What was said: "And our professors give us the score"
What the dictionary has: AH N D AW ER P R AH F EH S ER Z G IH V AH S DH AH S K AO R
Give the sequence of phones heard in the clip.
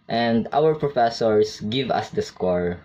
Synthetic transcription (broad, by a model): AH N D AW ER P R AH F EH S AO S G IH V AH S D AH S K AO R